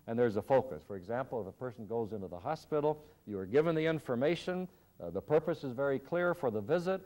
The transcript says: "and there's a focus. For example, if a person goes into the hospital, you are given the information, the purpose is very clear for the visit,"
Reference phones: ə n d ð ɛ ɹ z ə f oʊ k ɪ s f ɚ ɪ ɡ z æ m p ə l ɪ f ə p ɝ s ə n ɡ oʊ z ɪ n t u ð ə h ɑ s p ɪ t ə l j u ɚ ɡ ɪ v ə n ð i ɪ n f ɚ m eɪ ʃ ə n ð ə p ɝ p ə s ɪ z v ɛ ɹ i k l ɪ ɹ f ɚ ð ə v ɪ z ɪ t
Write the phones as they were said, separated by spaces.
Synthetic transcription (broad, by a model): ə n ð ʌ ɹ z ə f oʊ k ɪ s f ɚ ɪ ɡ z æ m p l ɪ f ə p ɝ s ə n ɡ oʊ z ɪ n t u ð ə h ɑ s p ɪ t l j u ɚ ɡ ɪ v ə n ð i ɪ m f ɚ m eɪ ʃ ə n ð ə p ɝ p ə s ɪ z v ɛ ɹ i k l ɪ ɹ f ɚ ð ə v ɪ z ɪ t